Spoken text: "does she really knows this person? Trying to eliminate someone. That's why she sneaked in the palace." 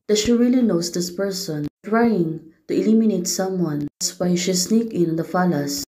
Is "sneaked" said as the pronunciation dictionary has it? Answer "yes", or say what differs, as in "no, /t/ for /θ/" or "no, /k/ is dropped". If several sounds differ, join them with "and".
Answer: no, /t/ is dropped